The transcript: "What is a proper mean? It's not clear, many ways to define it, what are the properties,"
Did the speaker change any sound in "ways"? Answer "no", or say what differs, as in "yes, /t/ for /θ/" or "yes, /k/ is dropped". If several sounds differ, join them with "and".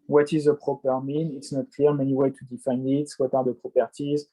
yes, /z/ is dropped